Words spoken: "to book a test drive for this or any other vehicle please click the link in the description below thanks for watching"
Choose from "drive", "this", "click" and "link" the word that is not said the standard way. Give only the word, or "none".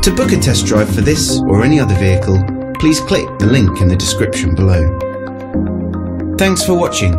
drive